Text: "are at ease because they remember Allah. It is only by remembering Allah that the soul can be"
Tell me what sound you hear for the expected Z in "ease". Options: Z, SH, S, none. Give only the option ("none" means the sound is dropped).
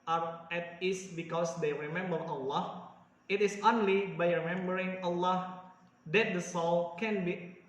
S